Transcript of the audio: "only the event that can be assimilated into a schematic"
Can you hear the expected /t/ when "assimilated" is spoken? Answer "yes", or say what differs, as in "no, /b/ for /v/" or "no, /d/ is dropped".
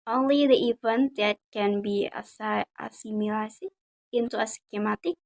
no, /s/ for /t/